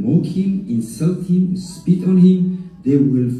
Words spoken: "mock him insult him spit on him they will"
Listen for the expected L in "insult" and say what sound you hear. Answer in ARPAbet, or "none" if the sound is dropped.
L